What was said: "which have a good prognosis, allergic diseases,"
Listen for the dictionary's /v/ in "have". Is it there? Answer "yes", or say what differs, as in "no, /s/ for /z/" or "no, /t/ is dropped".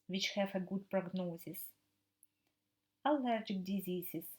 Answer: no, /f/ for /v/